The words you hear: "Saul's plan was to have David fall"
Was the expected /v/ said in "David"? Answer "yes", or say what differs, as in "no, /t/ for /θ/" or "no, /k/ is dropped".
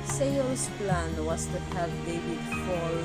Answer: no, /w/ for /v/